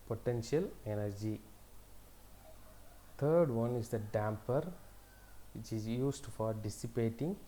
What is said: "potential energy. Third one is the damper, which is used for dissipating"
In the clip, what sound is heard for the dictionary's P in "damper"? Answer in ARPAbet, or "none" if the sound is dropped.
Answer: P